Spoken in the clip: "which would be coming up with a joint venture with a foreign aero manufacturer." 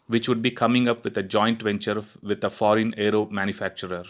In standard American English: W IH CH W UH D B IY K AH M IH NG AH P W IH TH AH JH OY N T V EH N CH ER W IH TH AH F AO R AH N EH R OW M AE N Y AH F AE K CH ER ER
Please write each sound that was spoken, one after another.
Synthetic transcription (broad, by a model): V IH CH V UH D B IY K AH M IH NG AH P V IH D AH JH OY N T V EH N CH ER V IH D AH F AO R AH N EH R OW M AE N Y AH F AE K CH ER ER